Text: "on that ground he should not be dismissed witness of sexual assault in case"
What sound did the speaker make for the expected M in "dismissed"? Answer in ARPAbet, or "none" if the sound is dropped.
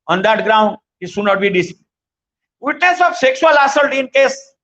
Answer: none